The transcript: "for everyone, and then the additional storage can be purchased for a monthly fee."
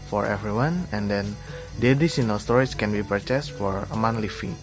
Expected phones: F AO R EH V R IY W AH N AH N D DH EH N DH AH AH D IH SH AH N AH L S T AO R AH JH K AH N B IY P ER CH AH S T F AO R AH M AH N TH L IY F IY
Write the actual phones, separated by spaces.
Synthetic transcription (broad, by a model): F AO R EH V R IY W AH N AH N D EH N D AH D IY S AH N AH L S T AO R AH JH K AH N B IY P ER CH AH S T F AO R AH M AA N L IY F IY